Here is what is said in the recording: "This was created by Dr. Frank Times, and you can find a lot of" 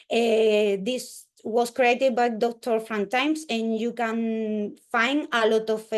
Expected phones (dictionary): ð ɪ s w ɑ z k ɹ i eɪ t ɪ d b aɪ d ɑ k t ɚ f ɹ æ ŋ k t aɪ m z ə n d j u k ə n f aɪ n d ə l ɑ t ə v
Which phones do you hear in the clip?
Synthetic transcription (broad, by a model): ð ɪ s w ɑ s k ɹ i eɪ t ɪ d b aɪ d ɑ k t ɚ f ɹ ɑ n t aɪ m s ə n j u k ə n f aɪ n d ə l ɑ t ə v